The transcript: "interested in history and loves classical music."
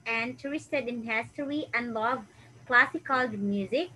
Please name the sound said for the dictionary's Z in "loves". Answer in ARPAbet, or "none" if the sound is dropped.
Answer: none